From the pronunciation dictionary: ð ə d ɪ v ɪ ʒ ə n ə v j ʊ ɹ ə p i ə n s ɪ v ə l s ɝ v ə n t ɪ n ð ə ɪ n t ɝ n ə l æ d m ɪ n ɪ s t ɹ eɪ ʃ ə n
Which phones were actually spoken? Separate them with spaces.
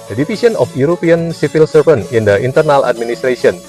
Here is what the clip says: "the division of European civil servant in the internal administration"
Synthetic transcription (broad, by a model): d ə d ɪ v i s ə n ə f j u ɹ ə p i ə n s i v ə l s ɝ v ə n ɪ n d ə ɪ n t ɝ n ə l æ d m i n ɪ s t ɹ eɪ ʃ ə n